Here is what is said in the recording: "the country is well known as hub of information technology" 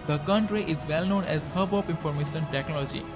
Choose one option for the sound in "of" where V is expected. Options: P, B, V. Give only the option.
P